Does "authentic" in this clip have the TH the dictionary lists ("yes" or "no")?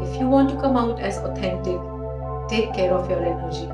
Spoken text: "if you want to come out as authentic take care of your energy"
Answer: no